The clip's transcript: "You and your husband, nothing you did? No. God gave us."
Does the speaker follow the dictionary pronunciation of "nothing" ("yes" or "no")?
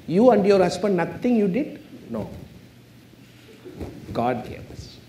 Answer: no